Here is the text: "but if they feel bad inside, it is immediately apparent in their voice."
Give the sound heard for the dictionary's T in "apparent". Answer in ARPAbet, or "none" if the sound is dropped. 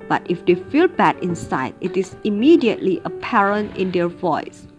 T